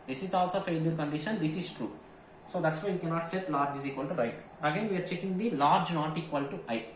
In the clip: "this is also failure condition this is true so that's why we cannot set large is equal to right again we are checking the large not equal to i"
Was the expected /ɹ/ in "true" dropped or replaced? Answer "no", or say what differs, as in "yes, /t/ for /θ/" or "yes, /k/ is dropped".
no